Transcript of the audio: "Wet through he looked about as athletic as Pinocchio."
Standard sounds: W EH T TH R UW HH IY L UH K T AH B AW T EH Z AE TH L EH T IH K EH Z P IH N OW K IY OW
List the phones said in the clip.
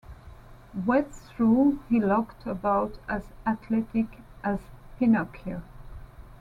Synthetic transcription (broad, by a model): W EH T S R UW HH IY L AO K T AH B AW T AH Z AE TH L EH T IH K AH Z P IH N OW K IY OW